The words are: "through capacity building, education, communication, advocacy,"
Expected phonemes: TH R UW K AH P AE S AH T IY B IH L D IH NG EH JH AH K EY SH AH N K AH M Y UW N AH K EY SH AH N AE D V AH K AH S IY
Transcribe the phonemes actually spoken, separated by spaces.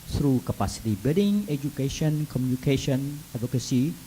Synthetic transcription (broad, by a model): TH R UW K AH P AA S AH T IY B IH D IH NG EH JH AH K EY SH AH N K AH M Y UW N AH K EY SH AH N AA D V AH K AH S IY